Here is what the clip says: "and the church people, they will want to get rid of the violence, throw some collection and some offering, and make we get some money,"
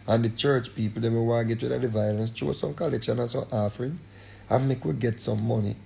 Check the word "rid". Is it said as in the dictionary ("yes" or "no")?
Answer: no